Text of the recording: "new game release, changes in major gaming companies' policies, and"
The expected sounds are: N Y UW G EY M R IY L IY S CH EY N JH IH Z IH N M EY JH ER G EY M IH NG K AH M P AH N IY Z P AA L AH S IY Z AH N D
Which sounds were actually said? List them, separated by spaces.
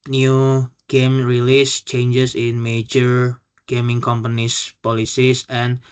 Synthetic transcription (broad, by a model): N Y UW G EY M R IY L IY S CH EY N JH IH S IH N M EY JH ER G EY M IH NG K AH M P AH N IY S P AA L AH S IY S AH N